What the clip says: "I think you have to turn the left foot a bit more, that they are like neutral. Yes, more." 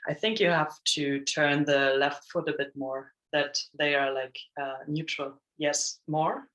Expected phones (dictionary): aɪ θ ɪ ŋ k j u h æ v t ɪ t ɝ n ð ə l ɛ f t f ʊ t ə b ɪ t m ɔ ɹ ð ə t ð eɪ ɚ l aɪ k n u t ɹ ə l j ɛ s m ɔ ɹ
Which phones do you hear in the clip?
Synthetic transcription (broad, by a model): aɪ θ ɪ ŋ k j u h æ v t ɪ t ɝ n ð ə l ɛ f t f ʊ t ə b ɪ t m ɔ ɹ ð ə t ð eɪ ɚ l aɪ k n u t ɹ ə l j ɛ s m ɔ ɹ